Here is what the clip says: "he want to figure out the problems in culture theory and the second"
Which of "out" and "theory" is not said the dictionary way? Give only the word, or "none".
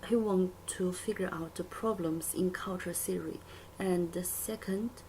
theory